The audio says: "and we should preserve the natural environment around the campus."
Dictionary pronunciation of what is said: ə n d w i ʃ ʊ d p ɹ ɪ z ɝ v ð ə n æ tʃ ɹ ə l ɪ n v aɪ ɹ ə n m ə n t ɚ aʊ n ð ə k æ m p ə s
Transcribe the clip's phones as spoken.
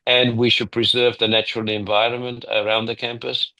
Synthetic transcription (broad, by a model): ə n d w i ʃ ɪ d p ɹ ɪ z ɝ v ð ə n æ tʃ ɹ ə l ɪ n v aɪ ɹ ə n m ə n t ɚ aʊ n ð ə k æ m p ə s